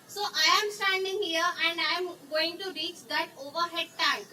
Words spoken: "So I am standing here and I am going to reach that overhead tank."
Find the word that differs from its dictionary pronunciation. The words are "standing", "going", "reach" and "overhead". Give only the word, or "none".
none